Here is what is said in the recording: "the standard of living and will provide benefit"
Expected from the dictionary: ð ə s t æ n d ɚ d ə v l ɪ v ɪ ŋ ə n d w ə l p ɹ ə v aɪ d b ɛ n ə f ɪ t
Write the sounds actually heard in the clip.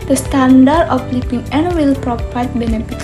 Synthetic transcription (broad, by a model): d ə s t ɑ n d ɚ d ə f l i p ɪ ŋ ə n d w ə l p ɹ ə p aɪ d b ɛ n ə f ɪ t